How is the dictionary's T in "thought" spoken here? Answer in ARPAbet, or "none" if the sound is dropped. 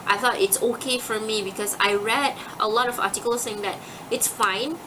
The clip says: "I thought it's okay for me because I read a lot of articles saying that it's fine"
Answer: T